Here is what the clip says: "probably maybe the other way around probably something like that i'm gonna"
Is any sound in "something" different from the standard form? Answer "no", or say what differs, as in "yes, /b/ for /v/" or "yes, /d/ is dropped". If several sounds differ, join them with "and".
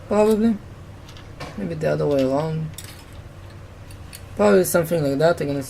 yes, /f/ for /θ/